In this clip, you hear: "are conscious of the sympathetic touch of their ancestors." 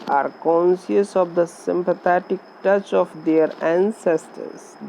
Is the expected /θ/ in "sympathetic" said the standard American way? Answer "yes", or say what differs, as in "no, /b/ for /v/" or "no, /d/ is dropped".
no, /t/ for /θ/